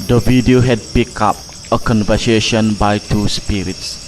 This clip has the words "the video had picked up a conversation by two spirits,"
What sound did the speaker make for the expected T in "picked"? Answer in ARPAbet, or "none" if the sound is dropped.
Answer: none